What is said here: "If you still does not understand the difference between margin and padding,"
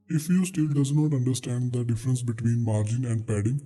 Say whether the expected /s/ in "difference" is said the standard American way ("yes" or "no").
yes